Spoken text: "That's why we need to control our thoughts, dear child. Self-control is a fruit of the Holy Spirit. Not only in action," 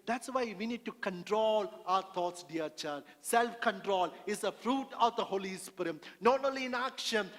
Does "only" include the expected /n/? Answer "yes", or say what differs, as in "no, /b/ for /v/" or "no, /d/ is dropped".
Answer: no, /n/ is dropped